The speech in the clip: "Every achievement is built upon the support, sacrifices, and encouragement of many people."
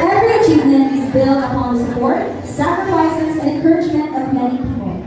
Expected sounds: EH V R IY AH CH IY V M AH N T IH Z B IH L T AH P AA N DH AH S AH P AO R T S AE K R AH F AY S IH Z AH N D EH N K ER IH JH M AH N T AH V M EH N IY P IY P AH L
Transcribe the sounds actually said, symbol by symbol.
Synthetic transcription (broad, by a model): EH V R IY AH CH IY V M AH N IH Z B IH L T AH P AA N DH AH S AH P AO R T S AE K R AH F AY S IH Z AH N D EH N K ER IH JH M AH N T AH V M EH N IY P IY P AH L